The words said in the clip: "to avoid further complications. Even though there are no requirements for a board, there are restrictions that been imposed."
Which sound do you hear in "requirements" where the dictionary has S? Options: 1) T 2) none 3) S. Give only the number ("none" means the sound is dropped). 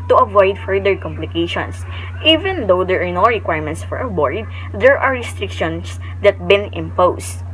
3